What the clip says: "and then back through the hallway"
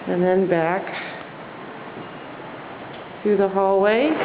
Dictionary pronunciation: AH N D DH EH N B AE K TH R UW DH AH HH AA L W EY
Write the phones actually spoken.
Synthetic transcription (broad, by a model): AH N DH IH N B AE K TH UW DH AH HH AA L W EY